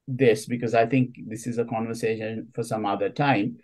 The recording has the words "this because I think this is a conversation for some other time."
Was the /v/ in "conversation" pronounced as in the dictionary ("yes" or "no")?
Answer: yes